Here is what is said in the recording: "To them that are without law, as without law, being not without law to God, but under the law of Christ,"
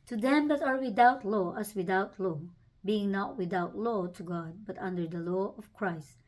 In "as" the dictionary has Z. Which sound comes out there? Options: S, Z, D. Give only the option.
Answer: S